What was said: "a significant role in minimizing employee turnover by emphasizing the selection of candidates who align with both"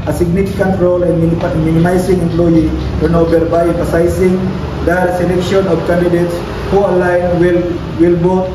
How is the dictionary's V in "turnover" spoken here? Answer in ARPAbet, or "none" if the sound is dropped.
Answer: B